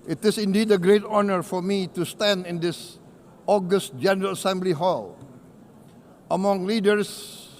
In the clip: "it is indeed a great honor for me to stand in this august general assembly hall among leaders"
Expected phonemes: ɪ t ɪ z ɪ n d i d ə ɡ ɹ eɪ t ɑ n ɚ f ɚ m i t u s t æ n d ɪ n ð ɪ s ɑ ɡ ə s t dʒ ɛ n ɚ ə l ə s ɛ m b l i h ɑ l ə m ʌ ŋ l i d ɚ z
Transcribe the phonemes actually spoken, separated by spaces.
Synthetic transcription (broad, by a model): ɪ t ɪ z ɪ n d i d ə ɡ ɹ eɪ t ɑ n ɚ f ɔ m i t u s t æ n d ɪ n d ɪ s ɑ ɡ ə s t dʒ ɛ n ɚ ə l ə s ɛ m b l i h ɑ l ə m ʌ ŋ l i d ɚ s